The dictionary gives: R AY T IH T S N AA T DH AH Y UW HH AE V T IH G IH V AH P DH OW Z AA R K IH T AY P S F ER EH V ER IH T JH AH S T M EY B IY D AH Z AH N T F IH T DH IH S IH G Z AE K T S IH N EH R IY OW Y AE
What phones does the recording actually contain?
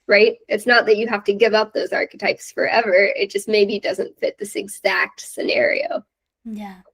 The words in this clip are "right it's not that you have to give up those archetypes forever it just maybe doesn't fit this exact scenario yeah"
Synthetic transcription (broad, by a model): R AY T IH T S N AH T DH AH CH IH HH AE F T IH G IH V AH P DH OW Z AA R K IH T AY P S F ER EH V ER IH T JH AH S T M EY B IY D AH Z AH N T F IH T DH IH S IH G Z AE K T S IH N EH R IY OW Y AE